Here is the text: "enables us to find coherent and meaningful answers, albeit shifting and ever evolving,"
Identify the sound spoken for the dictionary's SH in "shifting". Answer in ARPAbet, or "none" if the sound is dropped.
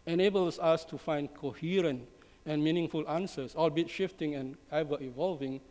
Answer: SH